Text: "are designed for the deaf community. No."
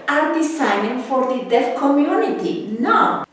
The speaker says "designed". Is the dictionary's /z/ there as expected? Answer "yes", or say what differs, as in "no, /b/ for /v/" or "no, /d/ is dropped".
no, /s/ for /z/